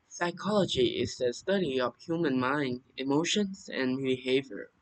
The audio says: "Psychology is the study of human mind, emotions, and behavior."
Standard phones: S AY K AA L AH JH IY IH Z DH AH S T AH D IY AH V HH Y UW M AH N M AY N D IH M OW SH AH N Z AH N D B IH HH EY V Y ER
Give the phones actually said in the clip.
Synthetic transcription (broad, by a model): S AY K AA L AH JH IY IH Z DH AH S T AH D IY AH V HH Y UW M AH N M AY N D IH M OW SH AH N Z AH N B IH HH EY V Y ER